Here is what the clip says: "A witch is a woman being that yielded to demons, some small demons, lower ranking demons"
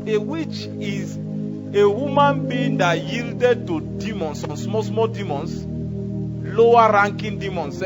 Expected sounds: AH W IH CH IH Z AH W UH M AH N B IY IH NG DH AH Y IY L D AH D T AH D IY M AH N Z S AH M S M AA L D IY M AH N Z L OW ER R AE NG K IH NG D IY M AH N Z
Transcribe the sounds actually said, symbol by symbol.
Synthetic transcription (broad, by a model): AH W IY CH IH Z AH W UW M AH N B IY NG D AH Y IY L D AH D T AH D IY M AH N S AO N S M AA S D IY M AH N S L OW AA R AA NG K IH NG D IY M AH N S